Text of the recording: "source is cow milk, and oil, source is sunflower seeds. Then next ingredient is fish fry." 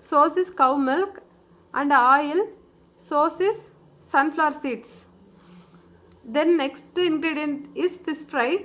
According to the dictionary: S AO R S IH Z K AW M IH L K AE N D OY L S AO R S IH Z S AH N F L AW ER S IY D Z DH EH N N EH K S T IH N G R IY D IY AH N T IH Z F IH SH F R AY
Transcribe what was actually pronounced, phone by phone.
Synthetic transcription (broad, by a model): S AO S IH S K AW M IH L K AE N D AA L S AO S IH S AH N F L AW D S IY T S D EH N N EH K S T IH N G R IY D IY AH N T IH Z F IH S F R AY